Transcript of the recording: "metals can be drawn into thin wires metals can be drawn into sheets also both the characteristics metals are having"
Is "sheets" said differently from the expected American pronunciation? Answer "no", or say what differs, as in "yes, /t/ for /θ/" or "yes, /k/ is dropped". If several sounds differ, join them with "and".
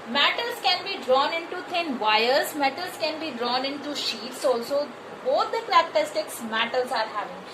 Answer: no